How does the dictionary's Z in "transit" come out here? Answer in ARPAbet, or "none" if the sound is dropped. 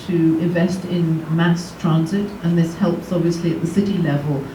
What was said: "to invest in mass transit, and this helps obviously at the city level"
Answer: Z